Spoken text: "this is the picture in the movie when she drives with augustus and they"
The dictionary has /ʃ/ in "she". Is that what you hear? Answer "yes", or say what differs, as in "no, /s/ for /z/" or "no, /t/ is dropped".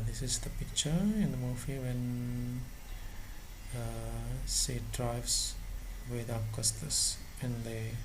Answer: no, /s/ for /ʃ/